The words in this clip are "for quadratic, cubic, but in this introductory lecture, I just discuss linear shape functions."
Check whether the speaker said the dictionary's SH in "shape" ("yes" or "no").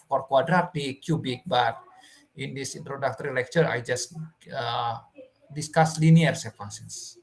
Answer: no